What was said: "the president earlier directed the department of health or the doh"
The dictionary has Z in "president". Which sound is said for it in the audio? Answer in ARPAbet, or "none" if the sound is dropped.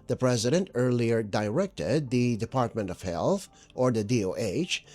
Z